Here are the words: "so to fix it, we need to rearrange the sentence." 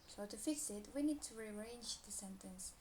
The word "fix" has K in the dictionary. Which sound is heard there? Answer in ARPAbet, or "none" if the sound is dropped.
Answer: none